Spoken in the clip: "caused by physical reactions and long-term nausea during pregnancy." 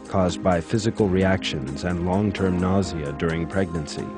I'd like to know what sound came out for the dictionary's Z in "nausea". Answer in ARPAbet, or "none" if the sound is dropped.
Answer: Z